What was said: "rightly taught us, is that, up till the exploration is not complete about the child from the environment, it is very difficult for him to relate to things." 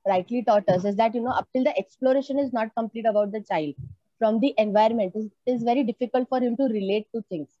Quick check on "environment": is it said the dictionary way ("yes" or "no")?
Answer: no